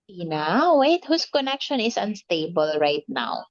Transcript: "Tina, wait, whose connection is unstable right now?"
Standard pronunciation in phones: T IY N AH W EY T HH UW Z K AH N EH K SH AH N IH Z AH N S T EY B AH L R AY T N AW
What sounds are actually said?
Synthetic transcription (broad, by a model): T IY N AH W EY T HH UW S K AH N EH K SH AH N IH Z AH N S T EY B AH L R AY T N AW